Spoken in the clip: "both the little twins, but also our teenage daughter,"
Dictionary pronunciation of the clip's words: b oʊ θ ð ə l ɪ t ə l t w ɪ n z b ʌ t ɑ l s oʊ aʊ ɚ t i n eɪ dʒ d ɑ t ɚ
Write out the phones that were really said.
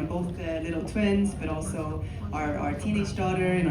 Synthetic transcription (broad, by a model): b oʊ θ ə l ɪ t l t w ɪ n z b ʌ t ɑ l s oʊ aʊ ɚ t i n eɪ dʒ d ɑ t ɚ